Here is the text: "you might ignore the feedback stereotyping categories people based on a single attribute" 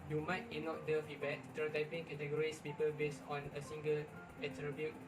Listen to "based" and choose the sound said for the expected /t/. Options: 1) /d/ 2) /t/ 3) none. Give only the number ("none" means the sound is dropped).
3